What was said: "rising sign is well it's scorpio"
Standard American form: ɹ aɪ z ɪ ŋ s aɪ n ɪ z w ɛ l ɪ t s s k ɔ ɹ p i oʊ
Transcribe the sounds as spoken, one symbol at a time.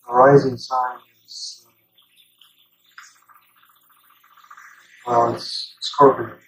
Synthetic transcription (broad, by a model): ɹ aɪ z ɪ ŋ s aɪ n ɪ s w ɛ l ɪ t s s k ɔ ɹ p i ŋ